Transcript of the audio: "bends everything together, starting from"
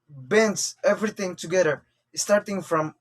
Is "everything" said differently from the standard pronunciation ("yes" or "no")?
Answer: yes